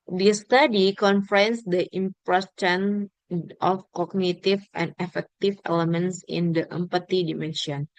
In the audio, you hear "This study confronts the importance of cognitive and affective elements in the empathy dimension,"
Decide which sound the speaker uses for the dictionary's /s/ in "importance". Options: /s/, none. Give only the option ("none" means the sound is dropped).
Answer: none